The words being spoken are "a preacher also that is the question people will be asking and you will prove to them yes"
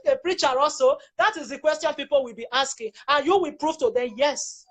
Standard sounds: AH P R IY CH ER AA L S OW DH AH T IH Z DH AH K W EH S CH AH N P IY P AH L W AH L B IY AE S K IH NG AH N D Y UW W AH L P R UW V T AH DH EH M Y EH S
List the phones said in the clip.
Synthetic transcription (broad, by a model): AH P R IY CH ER AA L S OW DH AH T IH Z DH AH K W EH S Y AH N P IY P AH L W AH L B IY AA S K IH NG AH N Y UW W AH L P R UW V T AH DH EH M Y EH S